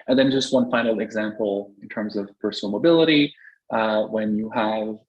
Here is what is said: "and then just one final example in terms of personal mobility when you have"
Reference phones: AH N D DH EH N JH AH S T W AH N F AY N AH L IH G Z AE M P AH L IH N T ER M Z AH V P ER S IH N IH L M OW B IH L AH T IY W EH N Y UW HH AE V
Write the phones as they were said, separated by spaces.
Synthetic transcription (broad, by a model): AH N DH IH N JH AH S T W AH N F AY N L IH G Z AE M P L IH N T ER M Z AH V P ER S N L M OW B IH L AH T IY W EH N Y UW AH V